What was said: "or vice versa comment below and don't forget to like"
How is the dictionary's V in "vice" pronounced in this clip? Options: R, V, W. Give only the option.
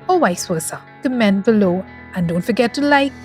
W